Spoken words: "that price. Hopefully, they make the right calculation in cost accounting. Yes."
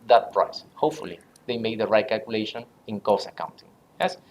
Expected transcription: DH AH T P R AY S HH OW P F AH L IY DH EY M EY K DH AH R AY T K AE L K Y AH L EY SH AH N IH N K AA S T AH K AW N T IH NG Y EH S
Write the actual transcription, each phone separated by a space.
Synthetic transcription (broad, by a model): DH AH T P R AY S HH OW P F AH L IY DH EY M EY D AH R AY T K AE L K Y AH L EY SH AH N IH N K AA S AH K AW N T IH NG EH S